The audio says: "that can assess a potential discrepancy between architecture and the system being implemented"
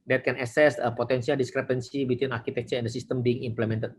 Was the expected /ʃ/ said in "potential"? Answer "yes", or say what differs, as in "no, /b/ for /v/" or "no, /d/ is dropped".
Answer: no, /s/ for /ʃ/